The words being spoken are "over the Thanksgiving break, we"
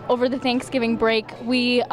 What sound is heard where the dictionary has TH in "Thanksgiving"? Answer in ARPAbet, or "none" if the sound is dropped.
TH